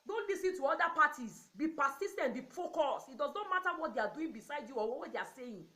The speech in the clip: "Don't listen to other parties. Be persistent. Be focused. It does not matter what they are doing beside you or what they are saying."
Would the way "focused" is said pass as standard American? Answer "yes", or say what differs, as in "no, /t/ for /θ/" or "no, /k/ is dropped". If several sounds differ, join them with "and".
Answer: no, /t/ is dropped